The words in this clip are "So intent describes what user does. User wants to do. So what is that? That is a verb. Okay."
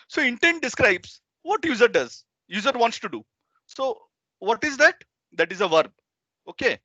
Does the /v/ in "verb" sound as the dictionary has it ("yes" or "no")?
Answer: yes